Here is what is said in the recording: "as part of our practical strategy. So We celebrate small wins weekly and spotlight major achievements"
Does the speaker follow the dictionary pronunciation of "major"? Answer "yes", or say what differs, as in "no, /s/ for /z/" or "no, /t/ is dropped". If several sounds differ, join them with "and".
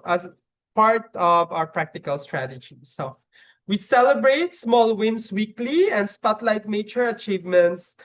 no, /tʃ/ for /dʒ/